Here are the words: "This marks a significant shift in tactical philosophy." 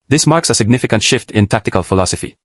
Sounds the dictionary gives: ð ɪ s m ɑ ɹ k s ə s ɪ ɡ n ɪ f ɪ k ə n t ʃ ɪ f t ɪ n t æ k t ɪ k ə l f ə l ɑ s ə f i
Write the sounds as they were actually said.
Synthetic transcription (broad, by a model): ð ɪ s m ɑ ɹ k s ə s ɪ ɡ n ɪ f ɪ k ə n t ʃ ɪ f t ɪ n t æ k t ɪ k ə l f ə l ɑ s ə f i